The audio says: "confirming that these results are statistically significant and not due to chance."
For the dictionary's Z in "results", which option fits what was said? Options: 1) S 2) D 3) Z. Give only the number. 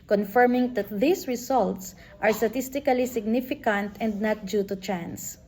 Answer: 1